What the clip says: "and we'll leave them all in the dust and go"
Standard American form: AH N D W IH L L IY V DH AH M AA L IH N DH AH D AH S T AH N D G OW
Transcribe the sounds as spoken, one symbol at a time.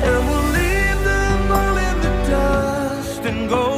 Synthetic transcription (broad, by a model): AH W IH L L IY V DH AH M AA N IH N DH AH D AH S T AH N G OW